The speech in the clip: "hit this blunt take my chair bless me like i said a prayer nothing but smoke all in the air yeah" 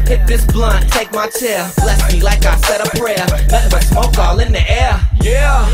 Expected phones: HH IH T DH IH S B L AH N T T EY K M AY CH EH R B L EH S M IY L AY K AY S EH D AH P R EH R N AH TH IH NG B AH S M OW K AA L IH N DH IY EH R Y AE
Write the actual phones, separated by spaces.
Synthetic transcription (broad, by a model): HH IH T DH IH S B L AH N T T EY K M AY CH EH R L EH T M IY L AY K AY S EH D AH P R EH R L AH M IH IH S M OW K AA L IH N DH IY EH R Y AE